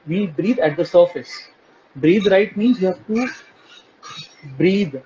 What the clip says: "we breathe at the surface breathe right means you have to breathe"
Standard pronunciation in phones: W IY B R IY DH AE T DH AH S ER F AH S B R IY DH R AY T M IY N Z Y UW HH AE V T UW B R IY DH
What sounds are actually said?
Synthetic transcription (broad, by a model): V IY B R IY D AE T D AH S ER F AH S B R IY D R AY T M IY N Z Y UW HH AE V T UW B R IY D